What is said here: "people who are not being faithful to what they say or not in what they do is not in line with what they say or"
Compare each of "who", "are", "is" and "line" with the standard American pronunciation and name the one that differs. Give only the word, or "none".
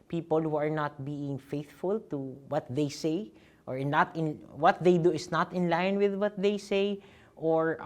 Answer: is